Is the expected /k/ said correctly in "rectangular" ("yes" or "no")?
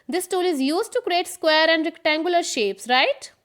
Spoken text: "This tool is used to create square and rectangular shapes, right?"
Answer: yes